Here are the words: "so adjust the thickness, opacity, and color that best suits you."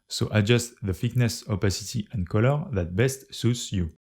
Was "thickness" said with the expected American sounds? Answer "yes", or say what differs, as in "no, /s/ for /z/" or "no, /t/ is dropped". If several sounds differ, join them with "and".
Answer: no, /f/ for /θ/